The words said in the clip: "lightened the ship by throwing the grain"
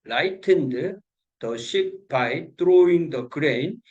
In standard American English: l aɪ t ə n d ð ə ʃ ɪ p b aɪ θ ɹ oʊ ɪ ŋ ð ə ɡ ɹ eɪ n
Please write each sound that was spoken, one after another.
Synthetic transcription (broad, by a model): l aɪ t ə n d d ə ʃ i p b aɪ t ɹ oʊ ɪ ŋ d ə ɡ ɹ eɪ n